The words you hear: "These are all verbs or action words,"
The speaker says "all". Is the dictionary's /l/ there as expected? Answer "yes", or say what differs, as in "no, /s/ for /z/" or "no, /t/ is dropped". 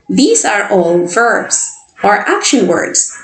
no, /n/ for /l/